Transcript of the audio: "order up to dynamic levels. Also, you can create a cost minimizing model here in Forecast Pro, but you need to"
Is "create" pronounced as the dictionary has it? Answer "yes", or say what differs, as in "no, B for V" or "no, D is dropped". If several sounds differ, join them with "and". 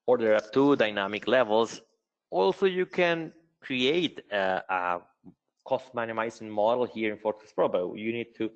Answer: yes